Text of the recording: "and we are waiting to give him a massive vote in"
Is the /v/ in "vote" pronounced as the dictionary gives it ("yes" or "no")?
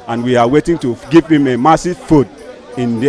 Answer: no